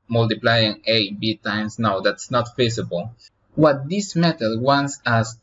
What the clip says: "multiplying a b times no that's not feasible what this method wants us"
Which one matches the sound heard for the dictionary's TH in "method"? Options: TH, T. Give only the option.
T